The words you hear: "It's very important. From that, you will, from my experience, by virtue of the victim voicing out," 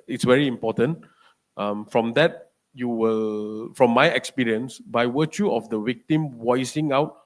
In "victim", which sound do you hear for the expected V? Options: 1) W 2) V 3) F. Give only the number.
1